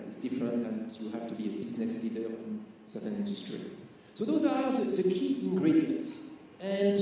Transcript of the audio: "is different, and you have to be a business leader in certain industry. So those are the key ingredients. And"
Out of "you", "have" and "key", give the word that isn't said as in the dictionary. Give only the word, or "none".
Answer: have